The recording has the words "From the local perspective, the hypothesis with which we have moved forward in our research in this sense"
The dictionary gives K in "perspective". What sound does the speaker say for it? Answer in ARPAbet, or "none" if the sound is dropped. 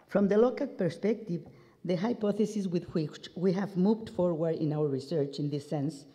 K